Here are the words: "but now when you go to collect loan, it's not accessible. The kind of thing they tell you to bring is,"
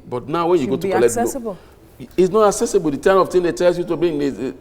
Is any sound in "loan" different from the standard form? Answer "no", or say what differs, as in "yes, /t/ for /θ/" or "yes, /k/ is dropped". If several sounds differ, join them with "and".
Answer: yes, /n/ is dropped